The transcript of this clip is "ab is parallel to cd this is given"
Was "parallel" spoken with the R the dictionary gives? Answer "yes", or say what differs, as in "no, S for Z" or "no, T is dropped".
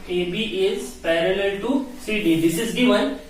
yes